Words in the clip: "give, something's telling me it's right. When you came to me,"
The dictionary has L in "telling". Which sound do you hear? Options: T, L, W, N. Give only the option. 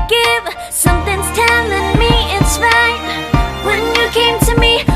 N